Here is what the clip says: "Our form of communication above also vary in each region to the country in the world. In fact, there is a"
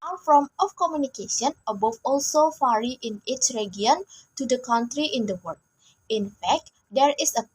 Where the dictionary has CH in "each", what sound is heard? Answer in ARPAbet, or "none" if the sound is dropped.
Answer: CH